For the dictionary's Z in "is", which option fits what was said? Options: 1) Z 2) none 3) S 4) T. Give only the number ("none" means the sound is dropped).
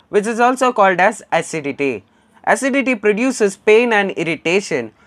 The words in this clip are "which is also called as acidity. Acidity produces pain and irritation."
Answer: 1